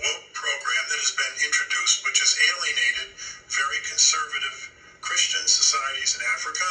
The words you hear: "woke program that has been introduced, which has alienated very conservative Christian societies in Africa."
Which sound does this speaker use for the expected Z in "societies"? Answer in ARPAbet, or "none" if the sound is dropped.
Z